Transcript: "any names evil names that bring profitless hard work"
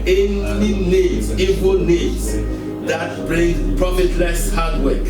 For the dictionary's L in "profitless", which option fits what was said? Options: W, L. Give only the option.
L